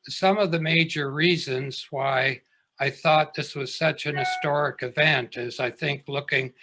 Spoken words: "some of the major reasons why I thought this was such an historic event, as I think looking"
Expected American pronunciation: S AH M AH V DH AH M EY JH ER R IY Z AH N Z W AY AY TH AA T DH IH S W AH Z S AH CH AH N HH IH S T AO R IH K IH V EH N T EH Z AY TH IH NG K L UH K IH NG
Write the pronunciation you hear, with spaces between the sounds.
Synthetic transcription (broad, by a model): S AH M AH V DH AH M EY JH ER R IY Z AH N Z W AY AY TH AA T DH IH S W AH Z S AH CH AH N HH IH S T AO R IH K IH V EH N T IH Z AY TH IH NG K L UH K IH NG